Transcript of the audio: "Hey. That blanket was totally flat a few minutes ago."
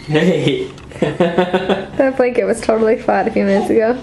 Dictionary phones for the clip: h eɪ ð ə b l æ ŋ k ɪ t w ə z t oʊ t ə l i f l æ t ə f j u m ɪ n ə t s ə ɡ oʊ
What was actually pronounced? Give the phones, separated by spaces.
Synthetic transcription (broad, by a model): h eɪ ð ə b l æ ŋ k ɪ t w ə z t oʊ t l i f æ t ə f j u m ɪ n ə t s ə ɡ oʊ